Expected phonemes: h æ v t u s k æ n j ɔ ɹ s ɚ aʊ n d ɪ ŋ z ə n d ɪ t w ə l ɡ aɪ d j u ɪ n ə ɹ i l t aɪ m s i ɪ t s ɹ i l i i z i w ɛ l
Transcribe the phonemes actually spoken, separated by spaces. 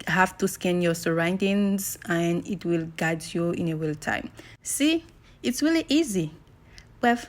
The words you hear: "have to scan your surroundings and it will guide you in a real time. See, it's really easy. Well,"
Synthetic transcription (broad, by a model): h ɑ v t u s k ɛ n j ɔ s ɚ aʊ n d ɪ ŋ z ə n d ɪ t w ə l ɡ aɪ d j u ɪ n ə w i l t aɪ m s i ɪ t s ɹ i l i i z i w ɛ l